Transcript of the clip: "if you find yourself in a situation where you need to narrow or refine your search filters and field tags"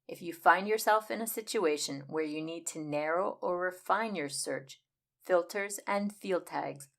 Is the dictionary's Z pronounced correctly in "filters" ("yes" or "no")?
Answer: yes